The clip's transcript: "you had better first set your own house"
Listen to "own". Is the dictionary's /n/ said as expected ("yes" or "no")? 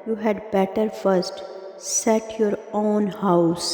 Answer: yes